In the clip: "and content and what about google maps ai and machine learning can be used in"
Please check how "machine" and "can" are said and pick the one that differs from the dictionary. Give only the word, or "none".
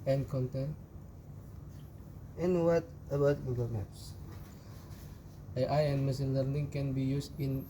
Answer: machine